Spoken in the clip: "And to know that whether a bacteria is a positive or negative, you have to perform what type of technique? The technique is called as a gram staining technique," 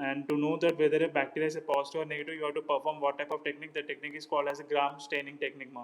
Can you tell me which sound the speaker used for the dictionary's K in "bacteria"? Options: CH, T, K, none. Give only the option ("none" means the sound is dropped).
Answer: K